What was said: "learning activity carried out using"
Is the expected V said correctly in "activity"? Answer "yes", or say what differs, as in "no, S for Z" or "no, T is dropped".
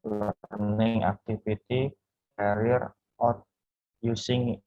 no, F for V